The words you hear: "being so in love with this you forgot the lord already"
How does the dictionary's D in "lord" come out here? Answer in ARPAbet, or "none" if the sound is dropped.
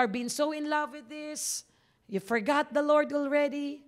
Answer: D